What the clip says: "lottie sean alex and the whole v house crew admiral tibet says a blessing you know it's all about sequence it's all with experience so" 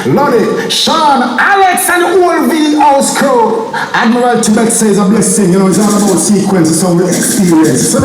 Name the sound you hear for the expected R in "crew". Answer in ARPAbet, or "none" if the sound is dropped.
none